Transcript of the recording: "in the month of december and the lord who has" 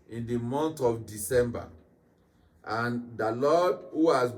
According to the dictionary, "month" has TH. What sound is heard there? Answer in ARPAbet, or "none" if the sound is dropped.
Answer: T